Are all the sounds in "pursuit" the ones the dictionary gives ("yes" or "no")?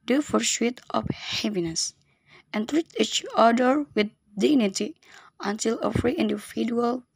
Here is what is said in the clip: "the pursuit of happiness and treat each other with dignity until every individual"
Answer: no